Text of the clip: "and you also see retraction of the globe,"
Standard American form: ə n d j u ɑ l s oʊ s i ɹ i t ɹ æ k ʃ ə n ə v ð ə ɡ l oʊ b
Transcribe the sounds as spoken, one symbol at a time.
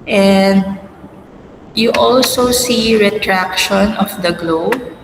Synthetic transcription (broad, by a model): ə n d j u ɑ l s oʊ s i ɹ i t ɹ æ k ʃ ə n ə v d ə ɡ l oʊ b